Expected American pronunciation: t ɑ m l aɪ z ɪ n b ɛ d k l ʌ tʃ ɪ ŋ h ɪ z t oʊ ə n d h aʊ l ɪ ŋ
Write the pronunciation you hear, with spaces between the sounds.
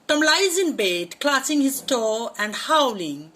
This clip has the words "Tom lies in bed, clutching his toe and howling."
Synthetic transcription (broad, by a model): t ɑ m l aɪ z ɪ n b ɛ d k l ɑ s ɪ ŋ h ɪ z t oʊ ə n d h aʊ l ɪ ŋ